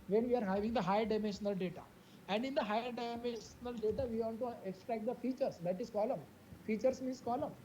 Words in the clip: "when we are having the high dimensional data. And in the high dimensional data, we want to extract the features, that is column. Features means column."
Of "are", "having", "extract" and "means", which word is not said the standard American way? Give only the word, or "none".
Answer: means